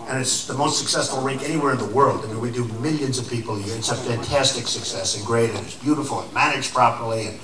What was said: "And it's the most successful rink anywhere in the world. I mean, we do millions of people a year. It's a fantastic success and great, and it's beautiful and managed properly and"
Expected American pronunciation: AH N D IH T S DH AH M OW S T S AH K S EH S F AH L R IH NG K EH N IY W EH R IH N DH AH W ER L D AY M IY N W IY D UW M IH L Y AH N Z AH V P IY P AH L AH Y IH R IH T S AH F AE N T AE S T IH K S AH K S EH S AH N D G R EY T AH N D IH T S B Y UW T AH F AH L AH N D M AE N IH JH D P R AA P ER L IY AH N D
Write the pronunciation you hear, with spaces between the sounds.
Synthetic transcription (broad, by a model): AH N IH T S DH AH M OW S T S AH K S EH S F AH L R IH NG K EH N IY W EH R IH N DH AH W ER L D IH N W IY D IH M IH L Y AH N Z AH V P IY P L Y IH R IH T S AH F AE N T AE S T IH K S AH K S EH S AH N G R EY T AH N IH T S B Y UW T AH F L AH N M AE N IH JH P R AA P ER L IY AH N